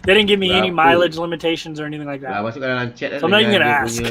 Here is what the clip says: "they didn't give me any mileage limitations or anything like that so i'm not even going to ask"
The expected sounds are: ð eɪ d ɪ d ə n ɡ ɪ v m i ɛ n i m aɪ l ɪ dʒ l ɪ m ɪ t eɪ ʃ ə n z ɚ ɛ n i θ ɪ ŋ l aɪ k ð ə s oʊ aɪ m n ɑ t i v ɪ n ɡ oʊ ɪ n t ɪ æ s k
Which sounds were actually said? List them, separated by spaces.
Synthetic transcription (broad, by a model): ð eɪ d ɪ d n ɡ ɪ v m i ɛ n i m aɪ l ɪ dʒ l ɪ m ɪ t eɪ ʃ ə n z ɚ ɛ n i θ ɪ ŋ l aɪ k ð ə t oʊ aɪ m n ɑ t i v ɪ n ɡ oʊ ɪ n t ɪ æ s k